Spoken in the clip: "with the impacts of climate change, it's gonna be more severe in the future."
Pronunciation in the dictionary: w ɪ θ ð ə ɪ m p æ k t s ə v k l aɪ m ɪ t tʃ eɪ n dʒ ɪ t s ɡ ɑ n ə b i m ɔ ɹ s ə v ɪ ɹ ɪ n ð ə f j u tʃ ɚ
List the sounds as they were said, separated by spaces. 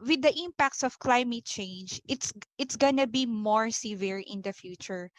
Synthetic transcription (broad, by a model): w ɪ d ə ɪ m p æ k t s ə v k l aɪ m ɪ t tʃ eɪ n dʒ ɪ t s ɡ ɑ n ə b i m ɔ ɹ s ə v ɪ ɹ ɪ n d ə f j u tʃ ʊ